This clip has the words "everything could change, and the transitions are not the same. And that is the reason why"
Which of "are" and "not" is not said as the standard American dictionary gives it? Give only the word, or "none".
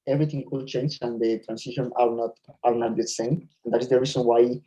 are